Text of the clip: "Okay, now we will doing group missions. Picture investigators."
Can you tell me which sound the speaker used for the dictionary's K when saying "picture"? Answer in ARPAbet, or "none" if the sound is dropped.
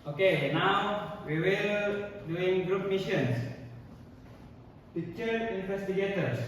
none